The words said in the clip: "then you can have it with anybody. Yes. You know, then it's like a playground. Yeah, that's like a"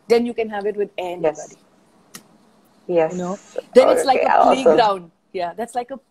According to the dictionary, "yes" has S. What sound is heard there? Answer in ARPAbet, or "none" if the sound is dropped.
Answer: none